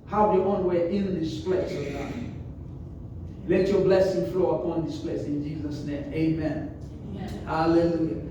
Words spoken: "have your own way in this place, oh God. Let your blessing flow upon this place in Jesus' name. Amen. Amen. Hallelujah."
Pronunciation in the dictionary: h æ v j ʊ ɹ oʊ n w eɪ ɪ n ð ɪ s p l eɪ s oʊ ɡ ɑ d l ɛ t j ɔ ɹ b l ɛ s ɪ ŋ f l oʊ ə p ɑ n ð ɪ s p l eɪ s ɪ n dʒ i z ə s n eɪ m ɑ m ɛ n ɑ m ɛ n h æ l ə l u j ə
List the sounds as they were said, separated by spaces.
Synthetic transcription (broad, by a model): h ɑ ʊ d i w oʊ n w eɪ ɪ n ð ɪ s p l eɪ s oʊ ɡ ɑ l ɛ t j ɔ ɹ b l ɛ s ɪ ŋ f l oʊ ə p ɑ n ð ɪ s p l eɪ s ɪ n dʒ i z ə s n eɪ ɑ m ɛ ɑ m ɛ n h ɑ l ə l u j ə